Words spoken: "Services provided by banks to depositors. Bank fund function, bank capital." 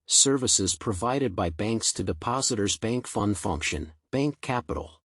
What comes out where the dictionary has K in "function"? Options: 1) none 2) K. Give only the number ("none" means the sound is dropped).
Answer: 2